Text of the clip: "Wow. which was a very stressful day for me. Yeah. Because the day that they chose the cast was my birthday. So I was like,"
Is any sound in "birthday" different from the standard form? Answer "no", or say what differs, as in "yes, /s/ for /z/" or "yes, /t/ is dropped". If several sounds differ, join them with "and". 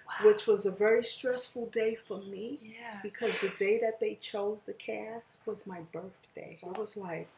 no